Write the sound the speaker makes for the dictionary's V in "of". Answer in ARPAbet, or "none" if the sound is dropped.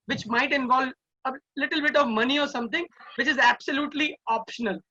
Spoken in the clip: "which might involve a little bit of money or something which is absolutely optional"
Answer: V